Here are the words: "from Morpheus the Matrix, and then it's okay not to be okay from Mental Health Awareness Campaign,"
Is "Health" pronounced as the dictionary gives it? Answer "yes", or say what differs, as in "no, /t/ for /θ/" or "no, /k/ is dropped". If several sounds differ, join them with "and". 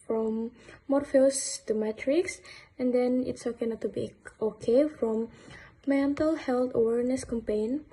no, /t/ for /θ/